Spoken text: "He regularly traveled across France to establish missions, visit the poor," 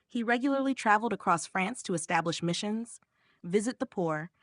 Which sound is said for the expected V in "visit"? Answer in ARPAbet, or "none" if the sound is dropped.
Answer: V